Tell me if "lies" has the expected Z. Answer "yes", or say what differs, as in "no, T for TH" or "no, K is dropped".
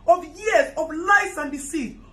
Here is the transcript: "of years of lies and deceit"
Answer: no, S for Z